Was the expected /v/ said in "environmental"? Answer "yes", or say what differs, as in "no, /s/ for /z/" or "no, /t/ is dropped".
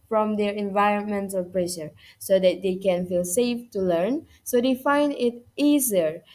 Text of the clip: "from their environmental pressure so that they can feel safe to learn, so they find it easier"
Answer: yes